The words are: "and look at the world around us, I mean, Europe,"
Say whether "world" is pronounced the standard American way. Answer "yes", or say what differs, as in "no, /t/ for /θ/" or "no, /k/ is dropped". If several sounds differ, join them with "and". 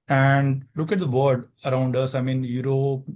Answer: no, /l/ is dropped